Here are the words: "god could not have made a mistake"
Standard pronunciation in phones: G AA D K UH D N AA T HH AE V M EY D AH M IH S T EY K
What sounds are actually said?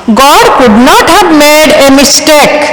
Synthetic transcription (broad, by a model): G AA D K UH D N AA T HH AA B M EY D AH M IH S T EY K